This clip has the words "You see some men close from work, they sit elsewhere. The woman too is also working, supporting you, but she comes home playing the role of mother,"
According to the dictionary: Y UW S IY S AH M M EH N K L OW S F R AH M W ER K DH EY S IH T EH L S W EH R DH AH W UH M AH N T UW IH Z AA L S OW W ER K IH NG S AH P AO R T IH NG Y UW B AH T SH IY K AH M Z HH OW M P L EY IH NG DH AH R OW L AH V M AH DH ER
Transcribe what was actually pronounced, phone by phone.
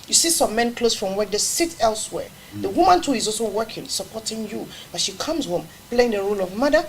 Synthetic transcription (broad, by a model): Y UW S IY S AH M M EH N K L OW S F R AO M W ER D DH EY S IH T EH L S W EH R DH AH W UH M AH N T UW IH Z AA L S OW W ER K IH NG S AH P AO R T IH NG Y UW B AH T SH IY K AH M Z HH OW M P L EY IH NG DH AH R OW L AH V M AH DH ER